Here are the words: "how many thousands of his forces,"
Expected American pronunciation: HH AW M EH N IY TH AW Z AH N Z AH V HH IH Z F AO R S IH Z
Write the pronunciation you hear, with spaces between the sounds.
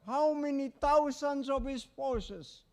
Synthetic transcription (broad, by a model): HH AW M EH N IY T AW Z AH N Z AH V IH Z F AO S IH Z